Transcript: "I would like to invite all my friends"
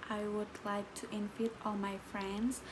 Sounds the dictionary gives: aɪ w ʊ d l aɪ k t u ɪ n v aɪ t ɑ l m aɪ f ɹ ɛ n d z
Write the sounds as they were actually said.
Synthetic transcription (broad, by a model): aɪ w ʊ d l aɪ k t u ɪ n f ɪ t ɑ l m aɪ f ɹ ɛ n d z